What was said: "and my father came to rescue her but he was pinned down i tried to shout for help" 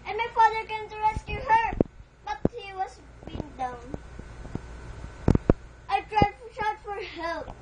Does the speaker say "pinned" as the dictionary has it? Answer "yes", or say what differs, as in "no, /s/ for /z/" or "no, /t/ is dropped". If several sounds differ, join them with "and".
no, /b/ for /p/